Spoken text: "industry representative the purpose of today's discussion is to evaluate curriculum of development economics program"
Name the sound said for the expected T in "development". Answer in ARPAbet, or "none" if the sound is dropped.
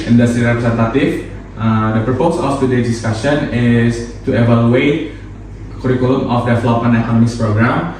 none